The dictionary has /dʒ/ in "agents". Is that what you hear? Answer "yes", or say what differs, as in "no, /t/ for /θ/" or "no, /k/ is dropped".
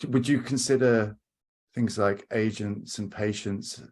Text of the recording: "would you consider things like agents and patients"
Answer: yes